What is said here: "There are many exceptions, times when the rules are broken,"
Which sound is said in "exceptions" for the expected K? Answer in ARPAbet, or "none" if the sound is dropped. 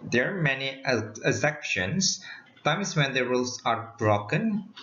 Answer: none